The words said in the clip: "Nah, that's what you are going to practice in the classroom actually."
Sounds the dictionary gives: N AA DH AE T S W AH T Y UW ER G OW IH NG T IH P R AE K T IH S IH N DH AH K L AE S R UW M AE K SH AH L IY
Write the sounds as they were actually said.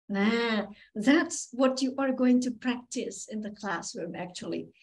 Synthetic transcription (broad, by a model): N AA DH AE T S W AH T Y ER G OW IH NG T IH P R AE K T IH S IH N DH AH K L AE S R UW M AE K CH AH L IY